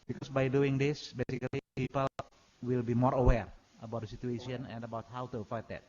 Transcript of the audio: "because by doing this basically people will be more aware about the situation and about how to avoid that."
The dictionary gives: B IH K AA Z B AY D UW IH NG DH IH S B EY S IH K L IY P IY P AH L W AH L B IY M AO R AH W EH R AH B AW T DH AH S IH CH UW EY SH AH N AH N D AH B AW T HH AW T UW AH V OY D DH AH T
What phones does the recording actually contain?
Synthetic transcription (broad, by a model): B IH K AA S B AY D UW IH NG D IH S B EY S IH K L IY P IY P AH L W AH L B IY M AO R AH W EH R AH B AW T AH S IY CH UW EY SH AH N AH N D AH B AW T HH AW T UW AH F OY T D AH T